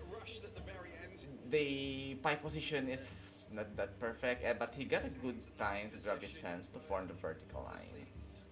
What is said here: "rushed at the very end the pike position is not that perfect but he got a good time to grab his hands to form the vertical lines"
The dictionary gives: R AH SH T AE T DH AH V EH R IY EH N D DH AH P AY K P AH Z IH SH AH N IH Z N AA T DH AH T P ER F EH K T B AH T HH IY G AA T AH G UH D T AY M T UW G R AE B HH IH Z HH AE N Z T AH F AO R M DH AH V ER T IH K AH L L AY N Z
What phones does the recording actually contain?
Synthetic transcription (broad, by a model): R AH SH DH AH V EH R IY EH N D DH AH P AY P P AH S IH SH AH N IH S N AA T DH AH T P ER F EH K T B AH T HH IY G AA T AH G UH D T AY M T UW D R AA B HH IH S HH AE N S T AH F AO R M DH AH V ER T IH K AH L L AY N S